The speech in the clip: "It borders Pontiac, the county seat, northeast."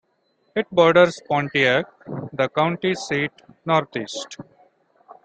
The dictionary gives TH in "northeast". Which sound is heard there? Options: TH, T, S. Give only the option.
T